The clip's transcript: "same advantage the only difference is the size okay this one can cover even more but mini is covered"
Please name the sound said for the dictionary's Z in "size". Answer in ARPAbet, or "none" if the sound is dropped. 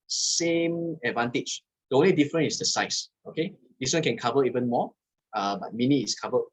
S